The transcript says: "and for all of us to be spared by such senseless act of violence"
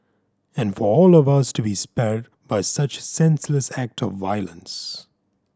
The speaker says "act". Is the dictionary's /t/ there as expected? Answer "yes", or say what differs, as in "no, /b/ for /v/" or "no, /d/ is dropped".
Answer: yes